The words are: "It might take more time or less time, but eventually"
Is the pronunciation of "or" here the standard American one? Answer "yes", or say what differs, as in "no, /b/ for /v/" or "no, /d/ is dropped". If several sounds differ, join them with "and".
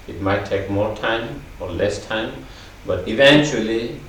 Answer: yes